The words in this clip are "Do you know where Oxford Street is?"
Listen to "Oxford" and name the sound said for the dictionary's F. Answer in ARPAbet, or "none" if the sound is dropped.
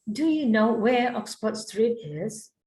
P